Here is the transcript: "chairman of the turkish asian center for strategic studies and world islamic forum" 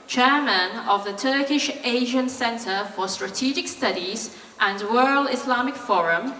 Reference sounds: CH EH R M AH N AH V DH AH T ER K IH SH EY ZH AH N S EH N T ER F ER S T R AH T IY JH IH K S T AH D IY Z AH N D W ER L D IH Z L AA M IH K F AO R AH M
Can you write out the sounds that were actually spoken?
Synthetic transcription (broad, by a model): CH EH M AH N AH V DH AH T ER K IH SH EY ZH AH N S EH N T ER F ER S T R AH T IY JH IH K S T AH D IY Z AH N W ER L IH S L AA M IH K F AO R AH M